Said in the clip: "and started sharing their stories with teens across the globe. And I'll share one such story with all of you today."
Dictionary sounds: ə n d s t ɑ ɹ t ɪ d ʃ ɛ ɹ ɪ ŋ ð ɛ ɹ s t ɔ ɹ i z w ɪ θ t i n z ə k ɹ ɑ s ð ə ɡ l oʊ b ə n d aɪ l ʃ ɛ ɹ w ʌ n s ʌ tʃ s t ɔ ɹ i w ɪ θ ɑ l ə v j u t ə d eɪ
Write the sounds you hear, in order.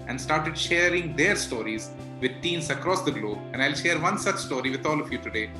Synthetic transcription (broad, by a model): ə n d s t ɑ ɹ t ɪ d ʃ ɛ ɹ ɪ ŋ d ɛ ɹ s t ɔ ɹ i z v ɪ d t i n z ə k ɹ ɑ s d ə ɡ l oʊ b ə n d aɪ l ʃ ɛ ɹ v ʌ n s ʌ tʃ s t ɔ ɹ i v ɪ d ɑ l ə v j u t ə d eɪ